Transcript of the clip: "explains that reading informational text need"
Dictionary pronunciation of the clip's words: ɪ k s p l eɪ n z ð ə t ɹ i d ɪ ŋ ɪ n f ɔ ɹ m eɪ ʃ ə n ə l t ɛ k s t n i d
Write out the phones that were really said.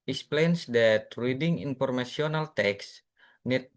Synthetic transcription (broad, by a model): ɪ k s p l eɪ n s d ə t ɹ i d ɪ ŋ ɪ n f ɔ ɹ m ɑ s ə n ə l t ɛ k s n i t